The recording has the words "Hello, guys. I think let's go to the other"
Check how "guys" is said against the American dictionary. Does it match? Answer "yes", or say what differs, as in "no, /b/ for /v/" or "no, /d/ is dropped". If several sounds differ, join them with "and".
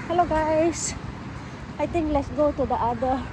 no, /s/ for /z/